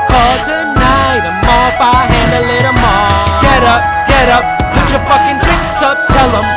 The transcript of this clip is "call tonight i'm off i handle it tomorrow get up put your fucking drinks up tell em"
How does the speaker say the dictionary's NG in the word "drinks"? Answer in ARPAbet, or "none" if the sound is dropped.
none